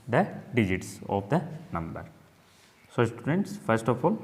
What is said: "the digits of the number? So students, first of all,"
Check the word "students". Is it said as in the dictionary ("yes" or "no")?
yes